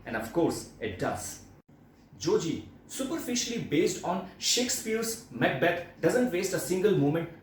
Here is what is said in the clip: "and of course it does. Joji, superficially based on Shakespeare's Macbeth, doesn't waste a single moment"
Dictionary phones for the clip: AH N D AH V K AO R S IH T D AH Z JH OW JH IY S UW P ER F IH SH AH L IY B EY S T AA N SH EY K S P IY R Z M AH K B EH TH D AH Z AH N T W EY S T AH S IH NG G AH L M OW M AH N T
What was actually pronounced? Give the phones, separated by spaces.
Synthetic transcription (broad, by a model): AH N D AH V K AO R S IH T D AH Z JH OW JH IY S UW P ER F IH SH AH L IY B EY S T AA N SH EY K S P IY R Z M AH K B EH T D AH Z AH N T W EY S T AH S IH NG G AH L M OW M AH N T